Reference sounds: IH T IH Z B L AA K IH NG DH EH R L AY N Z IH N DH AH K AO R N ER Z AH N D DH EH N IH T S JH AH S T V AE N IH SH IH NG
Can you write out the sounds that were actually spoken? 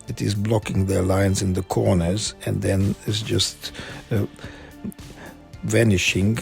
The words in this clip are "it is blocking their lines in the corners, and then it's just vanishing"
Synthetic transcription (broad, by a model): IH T IH Z B L AA K IH NG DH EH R L AY N Z IH N DH AH K AO R N ER Z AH N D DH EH N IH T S JH AH S T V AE N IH SH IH NG